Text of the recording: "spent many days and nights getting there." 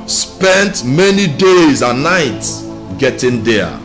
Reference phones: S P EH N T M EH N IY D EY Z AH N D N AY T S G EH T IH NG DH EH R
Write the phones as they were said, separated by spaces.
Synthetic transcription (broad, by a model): S P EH N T M EH N IY D EY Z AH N N AY T S G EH T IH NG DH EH